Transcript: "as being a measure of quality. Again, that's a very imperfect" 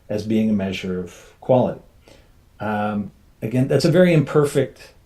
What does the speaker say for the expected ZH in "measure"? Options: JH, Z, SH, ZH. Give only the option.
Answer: ZH